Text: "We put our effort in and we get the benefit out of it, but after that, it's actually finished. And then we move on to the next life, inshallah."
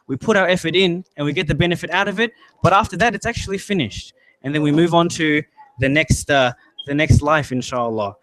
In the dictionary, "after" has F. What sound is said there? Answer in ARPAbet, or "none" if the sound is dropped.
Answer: F